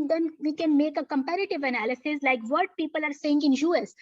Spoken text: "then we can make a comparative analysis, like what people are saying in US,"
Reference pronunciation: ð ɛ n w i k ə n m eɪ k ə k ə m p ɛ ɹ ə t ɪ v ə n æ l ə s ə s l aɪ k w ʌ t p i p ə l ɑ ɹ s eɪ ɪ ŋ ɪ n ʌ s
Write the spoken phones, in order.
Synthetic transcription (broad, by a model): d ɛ n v i k ə n m eɪ k ə k ə m p ɛ ɹ ə t ɪ v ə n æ l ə s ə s l aɪ k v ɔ t p i p ə l ɑ ɹ s eɪ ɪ ŋ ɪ n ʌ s